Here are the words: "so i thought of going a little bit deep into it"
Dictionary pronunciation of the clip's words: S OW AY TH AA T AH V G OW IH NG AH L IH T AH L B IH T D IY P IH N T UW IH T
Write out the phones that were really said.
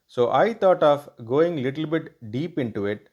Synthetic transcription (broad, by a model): S OW AY T AA T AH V G OW IH NG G L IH T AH L B IH T D IY P IH N T UW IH T